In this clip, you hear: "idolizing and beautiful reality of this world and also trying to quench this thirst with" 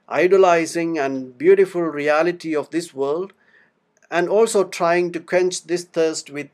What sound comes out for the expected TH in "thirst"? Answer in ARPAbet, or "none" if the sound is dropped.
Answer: T